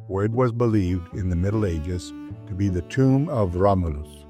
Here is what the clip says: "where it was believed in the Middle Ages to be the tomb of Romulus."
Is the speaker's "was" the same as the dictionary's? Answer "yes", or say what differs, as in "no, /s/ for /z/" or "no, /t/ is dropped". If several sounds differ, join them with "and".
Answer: yes